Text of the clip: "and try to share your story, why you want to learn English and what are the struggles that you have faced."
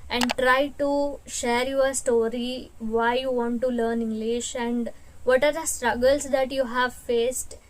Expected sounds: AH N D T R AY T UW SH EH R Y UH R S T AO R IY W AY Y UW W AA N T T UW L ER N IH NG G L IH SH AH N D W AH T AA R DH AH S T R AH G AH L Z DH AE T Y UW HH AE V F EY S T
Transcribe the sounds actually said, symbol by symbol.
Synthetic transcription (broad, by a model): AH N D T R AY T UW SH EH R Y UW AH S T AO R IY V AY Y UW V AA N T T UW L ER N IH NG G L IH SH AH N D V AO T AA R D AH S T R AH G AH L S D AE T Y UW HH AE V F EY S T